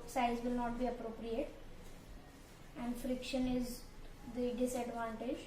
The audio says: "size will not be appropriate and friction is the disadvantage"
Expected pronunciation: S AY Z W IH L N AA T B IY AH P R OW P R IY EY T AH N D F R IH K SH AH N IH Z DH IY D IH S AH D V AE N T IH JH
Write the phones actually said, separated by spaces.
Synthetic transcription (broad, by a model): S AY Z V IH L N AA T B IY AH P R OW P R IY EY T AH N D F R IH K SH AH N IH Z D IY D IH S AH D V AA N T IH JH